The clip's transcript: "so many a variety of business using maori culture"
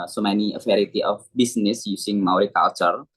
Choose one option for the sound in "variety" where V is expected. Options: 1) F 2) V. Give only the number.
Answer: 1